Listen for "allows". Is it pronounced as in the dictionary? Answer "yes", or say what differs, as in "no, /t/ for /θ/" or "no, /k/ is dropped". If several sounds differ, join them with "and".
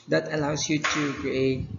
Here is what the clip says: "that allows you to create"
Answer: no, /s/ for /z/